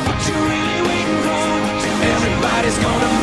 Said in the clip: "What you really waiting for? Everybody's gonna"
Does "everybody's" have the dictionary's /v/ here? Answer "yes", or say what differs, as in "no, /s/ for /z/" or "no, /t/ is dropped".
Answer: yes